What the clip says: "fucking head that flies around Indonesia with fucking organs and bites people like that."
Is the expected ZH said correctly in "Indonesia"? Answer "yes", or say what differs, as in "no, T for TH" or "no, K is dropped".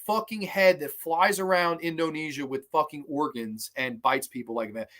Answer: yes